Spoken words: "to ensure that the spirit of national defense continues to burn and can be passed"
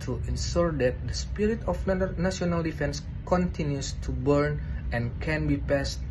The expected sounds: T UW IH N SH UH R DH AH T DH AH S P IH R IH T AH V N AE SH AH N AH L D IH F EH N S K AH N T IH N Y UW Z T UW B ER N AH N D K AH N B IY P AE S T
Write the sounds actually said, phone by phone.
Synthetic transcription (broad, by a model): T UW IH N S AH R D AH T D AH S P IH R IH T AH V N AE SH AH N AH L D IH F EH N S K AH N T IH N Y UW S T UW B ER N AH N K AH N B IY P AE S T